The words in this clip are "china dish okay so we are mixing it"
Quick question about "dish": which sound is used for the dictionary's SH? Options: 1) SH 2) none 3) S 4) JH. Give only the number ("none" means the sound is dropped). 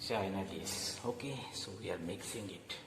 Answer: 3